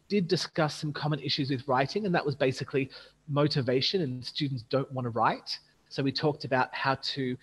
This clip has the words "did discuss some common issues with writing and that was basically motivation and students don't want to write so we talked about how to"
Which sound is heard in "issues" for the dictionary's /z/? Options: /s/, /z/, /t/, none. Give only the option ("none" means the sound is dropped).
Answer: /z/